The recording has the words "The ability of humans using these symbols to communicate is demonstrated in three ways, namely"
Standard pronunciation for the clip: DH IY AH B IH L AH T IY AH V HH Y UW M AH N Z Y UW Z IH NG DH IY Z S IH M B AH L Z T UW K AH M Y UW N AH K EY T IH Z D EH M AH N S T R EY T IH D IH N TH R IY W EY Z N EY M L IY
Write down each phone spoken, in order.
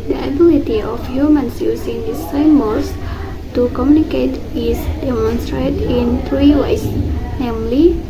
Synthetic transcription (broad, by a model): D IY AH B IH L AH T IY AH F HH Y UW M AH N S Y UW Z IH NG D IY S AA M AH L S T UW K AH M Y UW N AH K EY T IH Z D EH M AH N S T R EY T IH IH N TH R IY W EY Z N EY M L IY